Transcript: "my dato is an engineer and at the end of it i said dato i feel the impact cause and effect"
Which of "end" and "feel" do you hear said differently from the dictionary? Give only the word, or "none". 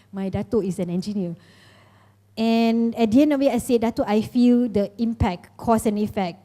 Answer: end